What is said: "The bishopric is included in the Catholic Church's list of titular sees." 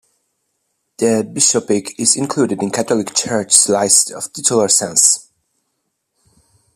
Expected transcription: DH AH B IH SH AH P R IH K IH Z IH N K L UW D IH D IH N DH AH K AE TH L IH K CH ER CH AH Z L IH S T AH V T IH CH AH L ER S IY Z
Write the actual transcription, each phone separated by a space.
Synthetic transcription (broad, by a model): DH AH B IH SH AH P IH K IH Z IH N K L UW D IH D IH N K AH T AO L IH K CH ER CH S L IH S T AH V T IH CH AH L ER S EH S